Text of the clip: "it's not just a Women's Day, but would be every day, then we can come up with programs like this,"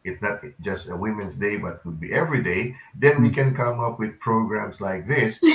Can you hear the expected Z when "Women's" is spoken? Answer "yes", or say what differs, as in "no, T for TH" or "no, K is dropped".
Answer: no, S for Z